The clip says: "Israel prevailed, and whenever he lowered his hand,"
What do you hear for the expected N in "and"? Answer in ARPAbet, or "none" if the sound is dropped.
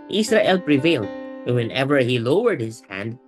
L